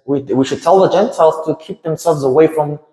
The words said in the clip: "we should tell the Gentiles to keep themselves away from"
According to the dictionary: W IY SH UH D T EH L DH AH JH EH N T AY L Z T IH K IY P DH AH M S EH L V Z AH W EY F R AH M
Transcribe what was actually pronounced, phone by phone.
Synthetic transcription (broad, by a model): W IY SH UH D T EH L DH AH JH EH N T AY L Z T IH K IY P DH AH M S EH L V Z AH W EY F R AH M